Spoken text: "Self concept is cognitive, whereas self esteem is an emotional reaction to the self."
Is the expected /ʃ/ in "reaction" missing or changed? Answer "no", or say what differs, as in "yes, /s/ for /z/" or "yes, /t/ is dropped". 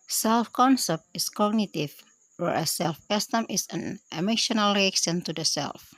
yes, /s/ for /ʃ/